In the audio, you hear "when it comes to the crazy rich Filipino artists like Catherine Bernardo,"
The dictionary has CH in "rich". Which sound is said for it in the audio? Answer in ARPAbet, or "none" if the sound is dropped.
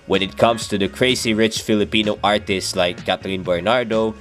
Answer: CH